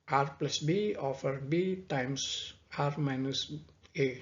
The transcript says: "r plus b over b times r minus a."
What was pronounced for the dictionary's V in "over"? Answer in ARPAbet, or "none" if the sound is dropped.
F